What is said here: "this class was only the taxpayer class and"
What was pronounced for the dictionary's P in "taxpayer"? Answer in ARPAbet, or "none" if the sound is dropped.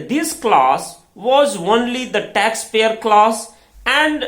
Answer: F